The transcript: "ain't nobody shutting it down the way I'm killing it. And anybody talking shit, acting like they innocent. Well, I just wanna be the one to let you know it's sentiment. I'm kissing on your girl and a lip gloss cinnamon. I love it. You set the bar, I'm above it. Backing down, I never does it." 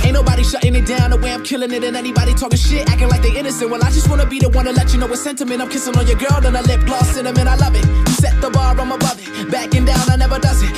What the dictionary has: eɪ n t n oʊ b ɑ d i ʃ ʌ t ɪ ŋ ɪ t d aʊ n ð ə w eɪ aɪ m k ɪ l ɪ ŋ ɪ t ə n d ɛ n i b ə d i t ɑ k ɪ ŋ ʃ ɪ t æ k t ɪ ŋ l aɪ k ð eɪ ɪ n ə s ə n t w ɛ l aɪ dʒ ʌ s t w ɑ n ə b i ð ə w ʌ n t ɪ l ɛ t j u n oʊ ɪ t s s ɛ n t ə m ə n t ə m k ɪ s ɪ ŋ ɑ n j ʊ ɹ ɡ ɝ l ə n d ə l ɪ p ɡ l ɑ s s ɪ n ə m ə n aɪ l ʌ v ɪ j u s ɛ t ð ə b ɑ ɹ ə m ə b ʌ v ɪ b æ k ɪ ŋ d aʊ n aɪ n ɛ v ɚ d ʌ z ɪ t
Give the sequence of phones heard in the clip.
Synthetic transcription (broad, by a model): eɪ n n oʊ b ɑ d i ʃ ʌ t ɪ ŋ ɪ t d aʊ n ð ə w eɪ aɪ m k ɪ l ɪ ŋ ɪ t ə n ɛ n i b ə d i t ɑ k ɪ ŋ ʃ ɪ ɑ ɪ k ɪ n l aɪ k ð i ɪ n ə s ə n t w ɛ l aɪ dʒ ʌ s t w ɑ n ə b i ð ə w ʌ n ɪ l ɛ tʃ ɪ n oʊ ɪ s s ɛ n t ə m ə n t ə m k ɪ s ɪ ŋ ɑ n j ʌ ɹ ɡ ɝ l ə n ə l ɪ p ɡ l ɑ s s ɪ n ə m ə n aɪ l ʌ v ɪ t s ɛ t ð ə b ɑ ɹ ə m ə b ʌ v ɪ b æ k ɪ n d aʊ n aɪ n ɛ v ɚ d ʌ z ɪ t